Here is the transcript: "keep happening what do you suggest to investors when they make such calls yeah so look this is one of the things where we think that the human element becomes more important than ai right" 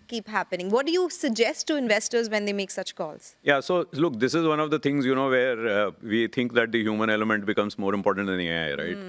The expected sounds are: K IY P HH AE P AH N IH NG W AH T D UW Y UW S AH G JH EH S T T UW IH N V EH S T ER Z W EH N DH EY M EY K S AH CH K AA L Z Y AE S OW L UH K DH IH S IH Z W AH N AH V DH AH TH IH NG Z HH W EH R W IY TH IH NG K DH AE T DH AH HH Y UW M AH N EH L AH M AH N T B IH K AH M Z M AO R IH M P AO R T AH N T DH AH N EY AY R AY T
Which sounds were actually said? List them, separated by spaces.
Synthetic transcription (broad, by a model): K IY P HH AE P AH N IH NG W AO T D UW Y UW S AH G JH EH S T T UW IH N V EH S T ER Z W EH N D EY M EY K S AH CH K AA L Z Y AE S OW L UH K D IH S IH Z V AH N AH V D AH T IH NG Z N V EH R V IY T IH NG K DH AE T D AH HH Y UW M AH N EH L AH M AH N T B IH K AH M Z M AO R IH M P AO R T AH N T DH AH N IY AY R AY T